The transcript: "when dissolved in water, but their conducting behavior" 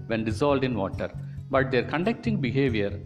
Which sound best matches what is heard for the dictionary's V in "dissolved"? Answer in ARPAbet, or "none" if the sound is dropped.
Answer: none